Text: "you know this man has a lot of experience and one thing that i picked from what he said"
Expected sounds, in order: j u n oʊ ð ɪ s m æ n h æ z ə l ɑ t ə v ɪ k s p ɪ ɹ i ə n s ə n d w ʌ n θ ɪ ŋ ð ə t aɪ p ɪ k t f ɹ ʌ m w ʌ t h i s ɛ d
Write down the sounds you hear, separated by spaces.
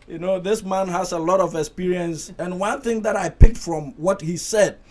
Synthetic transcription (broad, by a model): j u n oʊ ð ɪ s m æ n h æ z ə l ɑ t ə v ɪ k s p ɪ ɹ i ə n s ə n w ʌ n θ ɪ ŋ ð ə t aɪ p ɪ k t f ɹ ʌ m w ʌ t h i s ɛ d